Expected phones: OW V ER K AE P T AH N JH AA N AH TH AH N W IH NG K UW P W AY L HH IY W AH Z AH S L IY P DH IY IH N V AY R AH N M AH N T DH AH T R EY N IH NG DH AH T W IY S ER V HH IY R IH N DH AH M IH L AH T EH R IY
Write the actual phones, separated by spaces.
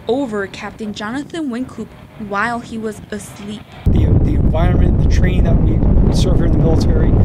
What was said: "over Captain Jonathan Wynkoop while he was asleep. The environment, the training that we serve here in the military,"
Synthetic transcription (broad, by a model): OW V ER K AE P T AH N JH AA N AH TH AH N W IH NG K UW P W AY L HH IY W AH Z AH S L IY P DH IY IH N V AY R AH N M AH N DH AH T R EY IH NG DH AH T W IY S ER V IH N DH AH M IH L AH T EH R IY